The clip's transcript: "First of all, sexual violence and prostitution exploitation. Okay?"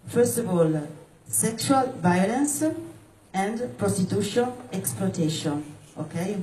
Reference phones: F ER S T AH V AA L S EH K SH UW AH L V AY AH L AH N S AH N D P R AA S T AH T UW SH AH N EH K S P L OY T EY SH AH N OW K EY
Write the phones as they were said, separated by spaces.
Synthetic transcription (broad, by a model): F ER S T AH V AA L S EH K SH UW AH L V AY AH L AH N S AH N D P R AA S T AH T UW SH AH N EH K S P L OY T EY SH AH N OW K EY